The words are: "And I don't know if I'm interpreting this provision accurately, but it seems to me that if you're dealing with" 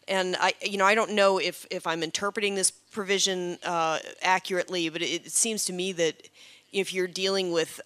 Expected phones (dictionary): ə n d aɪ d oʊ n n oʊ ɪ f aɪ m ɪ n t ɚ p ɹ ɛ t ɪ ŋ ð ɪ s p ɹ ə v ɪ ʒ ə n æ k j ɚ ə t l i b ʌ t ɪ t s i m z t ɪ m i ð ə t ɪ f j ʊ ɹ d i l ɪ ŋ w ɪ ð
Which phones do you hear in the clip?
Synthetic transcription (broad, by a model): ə n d aɪ d oʊ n n oʊ ɪ f aɪ m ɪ n t ɚ p ɹ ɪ t ɪ ŋ ð ɪ s p ɹ ə v ɪ ʒ ə n æ k j ɚ ə t l i b ʌ t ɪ t s i m z t ɪ m i ð ə t ɪ f j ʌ ɹ d i l ɪ ŋ w ɪ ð